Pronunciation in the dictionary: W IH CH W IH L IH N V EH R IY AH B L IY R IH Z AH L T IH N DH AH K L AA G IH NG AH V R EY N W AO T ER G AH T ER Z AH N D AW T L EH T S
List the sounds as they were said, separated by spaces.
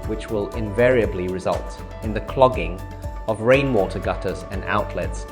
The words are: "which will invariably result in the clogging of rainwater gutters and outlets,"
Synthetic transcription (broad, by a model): W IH CH W IH L IH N V EH R IY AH B L IY R IH Z AH L T IH N DH AH K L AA G IH NG AH V R EY N W AO T ER G AH T ER Z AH N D AW T L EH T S